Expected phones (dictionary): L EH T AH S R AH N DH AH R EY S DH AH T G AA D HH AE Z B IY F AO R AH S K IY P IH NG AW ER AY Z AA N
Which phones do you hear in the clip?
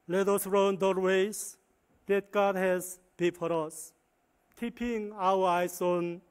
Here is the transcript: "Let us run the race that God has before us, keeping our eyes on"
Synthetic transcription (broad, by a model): L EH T AH S R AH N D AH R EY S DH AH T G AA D HH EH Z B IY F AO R AH S K IY P IH NG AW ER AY S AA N